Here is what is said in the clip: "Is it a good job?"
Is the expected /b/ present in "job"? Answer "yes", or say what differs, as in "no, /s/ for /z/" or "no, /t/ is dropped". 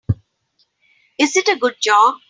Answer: no, /b/ is dropped